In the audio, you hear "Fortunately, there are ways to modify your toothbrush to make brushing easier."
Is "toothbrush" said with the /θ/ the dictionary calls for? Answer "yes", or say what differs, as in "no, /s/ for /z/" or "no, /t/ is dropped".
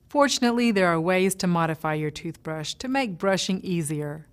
yes